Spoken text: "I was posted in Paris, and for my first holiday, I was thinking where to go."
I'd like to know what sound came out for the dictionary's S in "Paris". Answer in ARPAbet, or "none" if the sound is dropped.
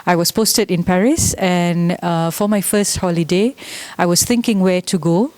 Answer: S